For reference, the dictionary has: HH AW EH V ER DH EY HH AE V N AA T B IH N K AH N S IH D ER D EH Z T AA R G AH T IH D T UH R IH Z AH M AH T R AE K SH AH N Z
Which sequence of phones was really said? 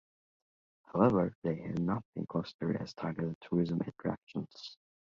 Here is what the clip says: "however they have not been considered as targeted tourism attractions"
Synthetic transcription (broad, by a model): HH AW EH V ER DH EY HH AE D N AA T B IH N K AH S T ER EH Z T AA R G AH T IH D T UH R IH Z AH M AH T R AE K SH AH N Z